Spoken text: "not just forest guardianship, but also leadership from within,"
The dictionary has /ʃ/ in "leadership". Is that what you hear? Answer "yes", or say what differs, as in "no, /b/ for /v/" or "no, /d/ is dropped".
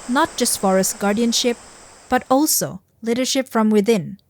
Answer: yes